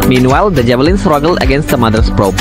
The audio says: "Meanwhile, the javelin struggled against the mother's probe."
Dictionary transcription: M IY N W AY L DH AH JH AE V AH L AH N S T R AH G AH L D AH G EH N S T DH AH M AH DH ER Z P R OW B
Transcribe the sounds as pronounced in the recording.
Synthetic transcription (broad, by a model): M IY N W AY L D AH JH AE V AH L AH N S T R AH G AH L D AH G EH N S T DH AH M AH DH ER S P R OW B